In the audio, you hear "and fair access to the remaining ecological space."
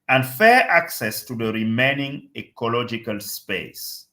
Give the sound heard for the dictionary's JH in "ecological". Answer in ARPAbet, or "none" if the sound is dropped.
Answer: JH